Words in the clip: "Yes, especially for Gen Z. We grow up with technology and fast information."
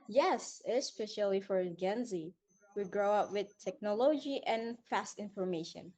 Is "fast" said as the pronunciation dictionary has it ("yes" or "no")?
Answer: yes